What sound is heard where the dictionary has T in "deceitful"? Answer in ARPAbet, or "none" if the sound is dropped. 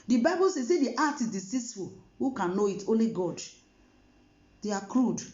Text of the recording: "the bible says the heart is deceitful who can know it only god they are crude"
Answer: S